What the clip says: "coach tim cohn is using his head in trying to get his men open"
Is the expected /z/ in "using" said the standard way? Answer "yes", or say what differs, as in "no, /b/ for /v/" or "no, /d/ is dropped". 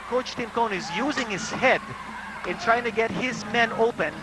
yes